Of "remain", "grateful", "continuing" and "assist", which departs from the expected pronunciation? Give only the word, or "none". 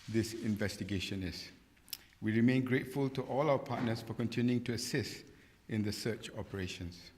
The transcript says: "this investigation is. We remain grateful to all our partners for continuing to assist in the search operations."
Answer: none